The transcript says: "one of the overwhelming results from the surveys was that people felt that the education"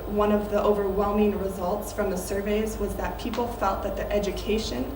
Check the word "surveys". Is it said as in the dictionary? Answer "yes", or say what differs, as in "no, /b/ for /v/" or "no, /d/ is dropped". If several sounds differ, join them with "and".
yes